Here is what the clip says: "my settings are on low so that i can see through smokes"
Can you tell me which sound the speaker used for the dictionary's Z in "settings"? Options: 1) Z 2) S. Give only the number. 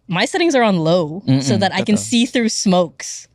1